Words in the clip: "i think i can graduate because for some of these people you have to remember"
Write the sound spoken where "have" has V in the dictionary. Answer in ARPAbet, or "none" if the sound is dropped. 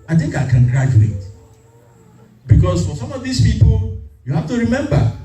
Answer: F